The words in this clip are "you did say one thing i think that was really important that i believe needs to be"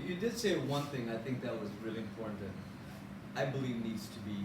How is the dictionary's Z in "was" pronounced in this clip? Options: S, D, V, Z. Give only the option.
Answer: Z